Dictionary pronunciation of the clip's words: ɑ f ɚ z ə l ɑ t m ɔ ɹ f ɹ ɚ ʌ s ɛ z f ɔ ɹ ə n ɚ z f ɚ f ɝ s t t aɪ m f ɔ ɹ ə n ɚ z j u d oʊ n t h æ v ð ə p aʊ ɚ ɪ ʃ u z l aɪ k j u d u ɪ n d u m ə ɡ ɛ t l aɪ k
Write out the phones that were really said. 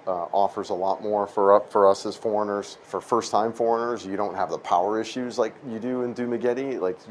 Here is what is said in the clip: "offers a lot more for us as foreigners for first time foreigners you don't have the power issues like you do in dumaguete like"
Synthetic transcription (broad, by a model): ɑ f ɚ z ə l ɑ t m ɔ ɹ f ɹ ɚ ʌ s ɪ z f ɔ ɹ ə n ɚ z f ɚ f ɝ s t t aɪ m f ɔ ɹ ə n ɚ z j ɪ d oʊ n t h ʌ v ð ə p aʊ ɚ ɪ ʃ u z l aɪ k j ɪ d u ɪ n d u m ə ɡ ɛ t l aɪ k